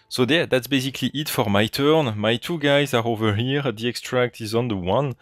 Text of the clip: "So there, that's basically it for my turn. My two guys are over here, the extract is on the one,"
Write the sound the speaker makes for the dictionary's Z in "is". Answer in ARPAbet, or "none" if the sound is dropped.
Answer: Z